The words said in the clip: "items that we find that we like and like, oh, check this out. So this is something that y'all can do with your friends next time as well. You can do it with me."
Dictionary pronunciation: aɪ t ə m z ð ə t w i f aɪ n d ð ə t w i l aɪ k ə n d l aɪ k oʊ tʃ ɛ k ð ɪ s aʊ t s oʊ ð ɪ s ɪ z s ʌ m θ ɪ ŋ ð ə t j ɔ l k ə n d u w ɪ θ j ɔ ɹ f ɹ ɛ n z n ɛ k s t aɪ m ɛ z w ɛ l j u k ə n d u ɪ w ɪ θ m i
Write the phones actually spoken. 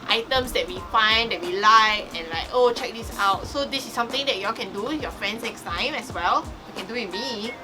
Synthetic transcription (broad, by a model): aɪ t ə m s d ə t w i f aɪ n d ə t w i l aɪ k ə n l aɪ k oʊ tʃ ɛ k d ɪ s aʊ t s oʊ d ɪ s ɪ s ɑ m t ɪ ŋ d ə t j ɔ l k ə n d u j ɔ f ɹ ɛ n s n ɛ k s t aɪ m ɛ s w ɛ l j u k ə n d u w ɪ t m i